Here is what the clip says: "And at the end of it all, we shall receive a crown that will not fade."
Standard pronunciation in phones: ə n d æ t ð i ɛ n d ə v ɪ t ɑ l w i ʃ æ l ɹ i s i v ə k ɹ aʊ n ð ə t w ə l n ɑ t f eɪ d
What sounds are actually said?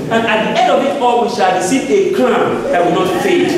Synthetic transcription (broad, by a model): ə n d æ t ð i ɛ n d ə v ɪ t ɑ l w i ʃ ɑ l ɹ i s i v ə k l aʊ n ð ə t w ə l n ɑ t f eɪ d